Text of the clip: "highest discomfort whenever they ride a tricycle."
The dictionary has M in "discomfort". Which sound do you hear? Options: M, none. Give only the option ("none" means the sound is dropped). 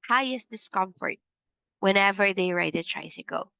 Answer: M